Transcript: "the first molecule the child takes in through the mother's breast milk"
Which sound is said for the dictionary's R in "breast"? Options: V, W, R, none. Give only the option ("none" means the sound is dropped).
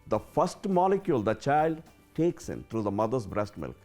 R